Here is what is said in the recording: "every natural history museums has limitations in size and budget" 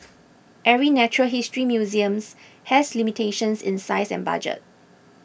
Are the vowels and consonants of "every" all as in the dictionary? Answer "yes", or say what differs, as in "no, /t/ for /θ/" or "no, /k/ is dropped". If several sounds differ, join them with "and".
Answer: no, /v/ is dropped